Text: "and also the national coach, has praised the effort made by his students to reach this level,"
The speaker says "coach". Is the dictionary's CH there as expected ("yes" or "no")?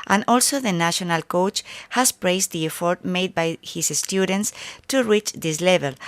yes